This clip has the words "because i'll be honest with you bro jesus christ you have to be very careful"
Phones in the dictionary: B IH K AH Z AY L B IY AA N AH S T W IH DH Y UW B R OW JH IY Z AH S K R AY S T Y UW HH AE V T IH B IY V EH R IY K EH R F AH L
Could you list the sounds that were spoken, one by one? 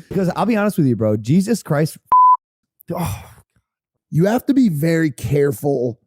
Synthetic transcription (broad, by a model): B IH K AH Z AY L B IY AA N AH S T W IH DH Y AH B R OW JH IY Z AH S K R AY S T Y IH HH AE F T IH B IY V EH R IY K EH R F L